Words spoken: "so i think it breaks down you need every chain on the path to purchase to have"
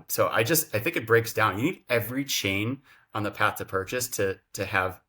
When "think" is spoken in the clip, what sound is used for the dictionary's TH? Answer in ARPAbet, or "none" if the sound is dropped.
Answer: TH